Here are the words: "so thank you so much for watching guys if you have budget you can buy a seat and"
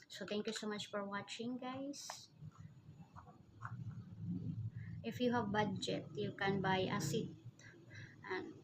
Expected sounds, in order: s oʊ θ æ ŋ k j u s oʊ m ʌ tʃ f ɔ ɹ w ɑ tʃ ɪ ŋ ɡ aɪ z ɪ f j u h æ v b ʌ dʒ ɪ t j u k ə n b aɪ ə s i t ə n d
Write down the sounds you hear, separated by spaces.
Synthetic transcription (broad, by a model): s oʊ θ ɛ ŋ k j u s oʊ m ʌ tʃ f ɔ ɹ w ɑ tʃ ɪ ŋ ɡ aɪ s ɪ f j u h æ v b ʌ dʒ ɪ t j u k ə n b aɪ ə s i t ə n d